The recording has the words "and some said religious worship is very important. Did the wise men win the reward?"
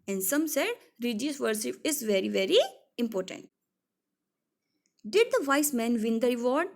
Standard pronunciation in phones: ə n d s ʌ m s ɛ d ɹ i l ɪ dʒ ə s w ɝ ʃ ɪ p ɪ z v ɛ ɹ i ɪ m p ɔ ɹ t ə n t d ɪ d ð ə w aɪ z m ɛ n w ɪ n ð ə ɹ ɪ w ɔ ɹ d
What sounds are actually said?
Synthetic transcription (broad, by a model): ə n d s ʌ m s ɛ d ɹ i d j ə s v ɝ s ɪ f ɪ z v ɛ ɹ i ɪ m p ɔ ɹ t ə n t d ɪ d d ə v aɪ s m ɛ n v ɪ n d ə ɹ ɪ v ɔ ɹ d